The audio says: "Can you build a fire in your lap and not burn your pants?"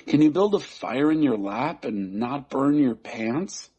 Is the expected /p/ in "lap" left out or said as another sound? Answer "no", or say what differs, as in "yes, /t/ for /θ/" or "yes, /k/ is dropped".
no